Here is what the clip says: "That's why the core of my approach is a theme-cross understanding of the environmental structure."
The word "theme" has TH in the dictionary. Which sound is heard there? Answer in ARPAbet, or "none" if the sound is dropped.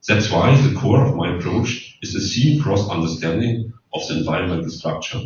S